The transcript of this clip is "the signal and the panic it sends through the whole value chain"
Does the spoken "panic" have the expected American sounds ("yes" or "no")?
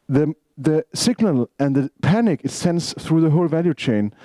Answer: yes